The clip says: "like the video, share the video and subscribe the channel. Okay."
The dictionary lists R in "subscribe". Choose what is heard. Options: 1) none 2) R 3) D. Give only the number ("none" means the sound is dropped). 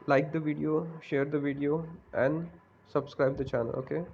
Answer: 2